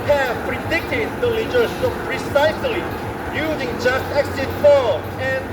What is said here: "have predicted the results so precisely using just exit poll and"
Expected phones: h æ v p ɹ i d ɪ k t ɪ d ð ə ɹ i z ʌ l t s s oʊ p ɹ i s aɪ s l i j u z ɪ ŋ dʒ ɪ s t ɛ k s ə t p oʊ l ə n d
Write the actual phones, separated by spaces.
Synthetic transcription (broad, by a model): h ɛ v p ɹ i d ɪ k t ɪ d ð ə l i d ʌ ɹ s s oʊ p ɹ i s aɪ s l i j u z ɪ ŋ dʒ ɪ s t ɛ k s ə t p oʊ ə n